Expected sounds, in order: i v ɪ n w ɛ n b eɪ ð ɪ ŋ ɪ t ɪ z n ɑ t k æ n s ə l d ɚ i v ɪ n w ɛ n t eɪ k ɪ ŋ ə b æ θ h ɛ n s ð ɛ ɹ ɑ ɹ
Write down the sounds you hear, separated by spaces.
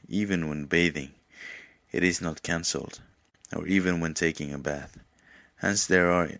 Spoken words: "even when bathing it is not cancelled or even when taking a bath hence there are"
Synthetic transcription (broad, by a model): i v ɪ n w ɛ n b eɪ ð ɪ ŋ ɪ t ɪ z n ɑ t k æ n s l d ɚ i v ɪ n w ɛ n t eɪ k ɪ ŋ ə b æ θ h ɛ n s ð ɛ ɹ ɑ ɹ